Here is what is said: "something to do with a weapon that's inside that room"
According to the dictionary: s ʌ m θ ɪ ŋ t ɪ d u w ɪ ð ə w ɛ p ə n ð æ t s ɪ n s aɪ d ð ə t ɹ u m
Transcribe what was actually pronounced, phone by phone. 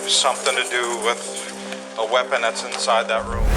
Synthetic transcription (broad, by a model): s ʌ m θ ɪ ŋ t ɪ d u w ɪ ð ə w ɛ p ə n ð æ t s ɪ n s aɪ d ð ə t ɹ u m